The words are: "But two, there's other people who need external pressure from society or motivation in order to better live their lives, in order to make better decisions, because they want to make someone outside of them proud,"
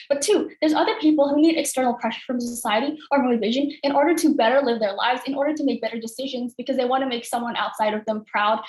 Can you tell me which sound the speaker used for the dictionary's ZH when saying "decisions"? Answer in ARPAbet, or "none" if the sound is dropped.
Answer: ZH